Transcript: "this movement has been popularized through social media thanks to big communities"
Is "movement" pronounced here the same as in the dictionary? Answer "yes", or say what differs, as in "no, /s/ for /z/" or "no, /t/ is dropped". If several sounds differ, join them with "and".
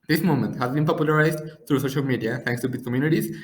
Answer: no, /v/ is dropped